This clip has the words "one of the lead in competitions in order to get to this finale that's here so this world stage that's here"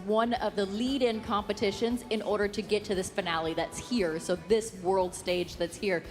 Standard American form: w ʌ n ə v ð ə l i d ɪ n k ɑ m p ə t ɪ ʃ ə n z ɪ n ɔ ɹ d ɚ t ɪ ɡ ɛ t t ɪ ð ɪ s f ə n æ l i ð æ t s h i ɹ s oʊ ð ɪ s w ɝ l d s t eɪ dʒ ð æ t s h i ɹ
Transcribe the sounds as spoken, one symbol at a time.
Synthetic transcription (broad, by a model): w ʌ n ə v ð ə l i d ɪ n k ɑ m p ə t ɪ ʃ ə n z ɪ n ɔ ɹ d ɚ t ɪ ɡ ɛ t t ɪ ð ɪ s f ə n æ l i ð æ t s h i ɹ s oʊ ð ɪ s w ɝ l d s t eɪ dʒ ð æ t s h i ɹ